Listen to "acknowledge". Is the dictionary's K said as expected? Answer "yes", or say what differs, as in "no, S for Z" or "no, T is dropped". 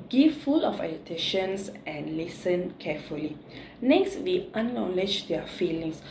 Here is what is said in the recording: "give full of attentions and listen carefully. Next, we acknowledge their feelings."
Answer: no, K is dropped